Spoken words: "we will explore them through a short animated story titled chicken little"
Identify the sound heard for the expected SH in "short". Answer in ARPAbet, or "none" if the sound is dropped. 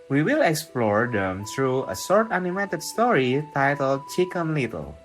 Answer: S